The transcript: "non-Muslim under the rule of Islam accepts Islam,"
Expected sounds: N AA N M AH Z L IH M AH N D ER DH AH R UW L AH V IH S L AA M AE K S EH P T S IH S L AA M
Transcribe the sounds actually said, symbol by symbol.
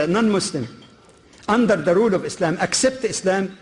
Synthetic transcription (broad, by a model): N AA N M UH S L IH M AH N D ER DH AH R UW L AH V IH S L AA M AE K S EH P T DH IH S L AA M